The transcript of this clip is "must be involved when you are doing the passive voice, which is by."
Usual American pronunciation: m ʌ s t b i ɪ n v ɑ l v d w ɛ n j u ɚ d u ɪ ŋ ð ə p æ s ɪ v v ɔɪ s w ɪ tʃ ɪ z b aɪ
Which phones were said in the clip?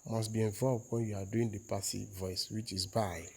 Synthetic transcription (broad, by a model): m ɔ s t b i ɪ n v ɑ l v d w ɛ n j u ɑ d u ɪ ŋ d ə p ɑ s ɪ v v ɔɪ s w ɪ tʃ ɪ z b aɪ